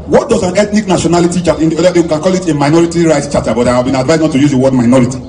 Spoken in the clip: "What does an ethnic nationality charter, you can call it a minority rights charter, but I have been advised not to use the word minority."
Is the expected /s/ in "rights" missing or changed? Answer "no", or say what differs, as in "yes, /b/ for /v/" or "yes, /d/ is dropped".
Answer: yes, /s/ is dropped